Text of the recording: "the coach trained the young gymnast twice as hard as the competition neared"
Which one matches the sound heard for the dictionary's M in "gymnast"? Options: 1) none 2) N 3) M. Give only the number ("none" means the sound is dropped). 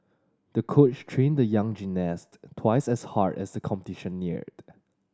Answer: 1